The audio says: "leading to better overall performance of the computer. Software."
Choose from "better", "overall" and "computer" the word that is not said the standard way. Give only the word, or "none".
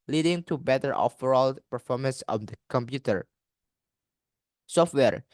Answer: overall